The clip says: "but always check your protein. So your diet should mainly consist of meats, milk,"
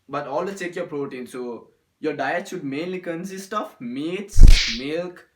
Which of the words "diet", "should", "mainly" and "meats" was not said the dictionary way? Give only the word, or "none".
should